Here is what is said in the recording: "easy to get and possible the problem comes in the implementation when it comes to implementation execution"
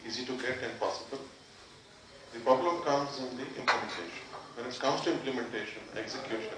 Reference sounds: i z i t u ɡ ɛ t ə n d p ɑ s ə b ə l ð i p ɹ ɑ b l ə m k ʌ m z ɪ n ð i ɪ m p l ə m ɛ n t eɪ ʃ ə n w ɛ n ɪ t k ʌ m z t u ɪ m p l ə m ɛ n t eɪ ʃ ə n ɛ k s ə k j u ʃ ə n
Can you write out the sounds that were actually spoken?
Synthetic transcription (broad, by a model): i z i t u ɡ ɛ t ə n d p ɑ s ə b ə l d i p ɹ ɑ b l ə m k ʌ m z ɪ n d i ɪ m p l ə m ɛ n t eɪ ʃ ə n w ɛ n ɪ t k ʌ m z t u ɪ m p l ə m ɛ n t eɪ ʃ ə n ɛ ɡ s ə k j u ʃ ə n